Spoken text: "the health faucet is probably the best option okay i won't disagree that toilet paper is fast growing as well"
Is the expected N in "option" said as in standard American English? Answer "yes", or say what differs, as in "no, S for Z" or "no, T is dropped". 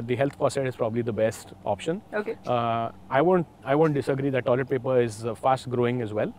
yes